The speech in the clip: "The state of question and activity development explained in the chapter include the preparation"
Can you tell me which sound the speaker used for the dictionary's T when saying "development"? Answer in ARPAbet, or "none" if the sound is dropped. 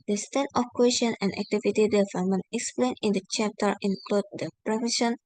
none